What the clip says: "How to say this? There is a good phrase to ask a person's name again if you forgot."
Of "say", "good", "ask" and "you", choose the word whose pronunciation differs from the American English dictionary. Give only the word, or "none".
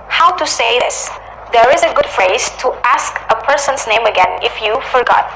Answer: none